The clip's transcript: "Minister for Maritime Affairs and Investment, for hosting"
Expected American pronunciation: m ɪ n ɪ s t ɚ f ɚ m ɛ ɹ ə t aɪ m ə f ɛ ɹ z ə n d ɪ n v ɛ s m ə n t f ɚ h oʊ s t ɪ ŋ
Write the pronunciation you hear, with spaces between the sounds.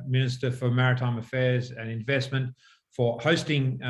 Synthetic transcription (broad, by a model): m ɪ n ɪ s t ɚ f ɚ m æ ɹ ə t aɪ m ə f ɛ ɹ z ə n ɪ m v ɛ s m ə n t f ɚ h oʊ s t ɪ ŋ